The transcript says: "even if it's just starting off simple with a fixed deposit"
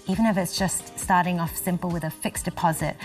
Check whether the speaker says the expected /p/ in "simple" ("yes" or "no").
yes